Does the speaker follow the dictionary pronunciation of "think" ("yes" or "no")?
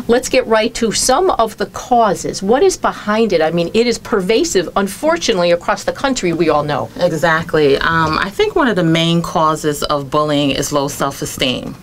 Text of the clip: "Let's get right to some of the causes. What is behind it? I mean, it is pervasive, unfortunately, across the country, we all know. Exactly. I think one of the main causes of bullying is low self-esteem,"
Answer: yes